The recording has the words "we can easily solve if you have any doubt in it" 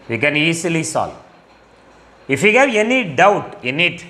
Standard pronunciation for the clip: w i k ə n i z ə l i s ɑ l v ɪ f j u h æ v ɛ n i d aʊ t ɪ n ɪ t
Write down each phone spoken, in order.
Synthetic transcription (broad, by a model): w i k ə n i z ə l i s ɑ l ɪ f j u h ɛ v ɛ n i d aʊ t ɪ n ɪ t